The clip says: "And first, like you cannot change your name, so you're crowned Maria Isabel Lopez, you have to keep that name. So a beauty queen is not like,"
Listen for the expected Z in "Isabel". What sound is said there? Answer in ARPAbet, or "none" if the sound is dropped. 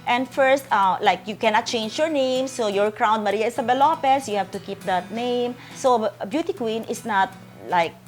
S